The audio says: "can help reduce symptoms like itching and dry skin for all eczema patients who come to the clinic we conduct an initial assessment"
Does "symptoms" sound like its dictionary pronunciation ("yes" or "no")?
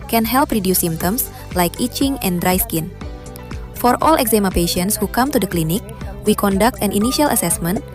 no